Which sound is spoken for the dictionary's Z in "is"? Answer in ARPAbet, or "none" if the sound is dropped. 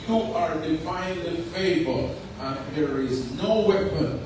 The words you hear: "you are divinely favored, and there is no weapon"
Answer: Z